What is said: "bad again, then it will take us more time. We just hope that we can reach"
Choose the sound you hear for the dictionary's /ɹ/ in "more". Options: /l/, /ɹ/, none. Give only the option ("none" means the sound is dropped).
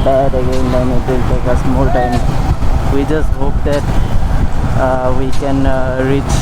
/l/